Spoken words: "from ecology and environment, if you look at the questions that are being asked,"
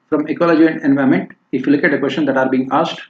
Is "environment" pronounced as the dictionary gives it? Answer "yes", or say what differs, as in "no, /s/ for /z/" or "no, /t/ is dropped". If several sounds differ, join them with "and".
no, /ɹ/ is dropped